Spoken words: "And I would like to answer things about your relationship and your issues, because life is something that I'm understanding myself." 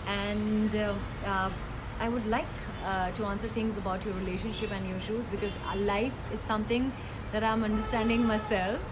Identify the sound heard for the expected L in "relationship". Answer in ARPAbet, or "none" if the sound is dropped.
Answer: L